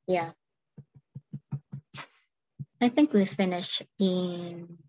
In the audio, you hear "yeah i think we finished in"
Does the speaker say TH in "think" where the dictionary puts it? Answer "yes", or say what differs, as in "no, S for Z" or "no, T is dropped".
yes